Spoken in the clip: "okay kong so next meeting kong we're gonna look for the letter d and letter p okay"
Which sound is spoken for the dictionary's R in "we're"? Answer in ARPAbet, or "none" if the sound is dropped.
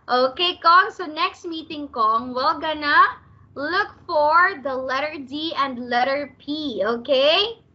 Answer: L